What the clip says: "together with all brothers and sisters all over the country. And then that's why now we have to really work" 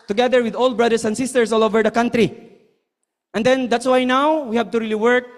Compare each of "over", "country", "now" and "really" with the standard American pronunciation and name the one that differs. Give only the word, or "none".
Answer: none